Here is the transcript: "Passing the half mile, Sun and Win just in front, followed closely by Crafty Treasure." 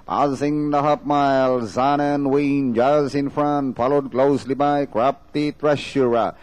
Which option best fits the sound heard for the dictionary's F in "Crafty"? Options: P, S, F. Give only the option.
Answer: P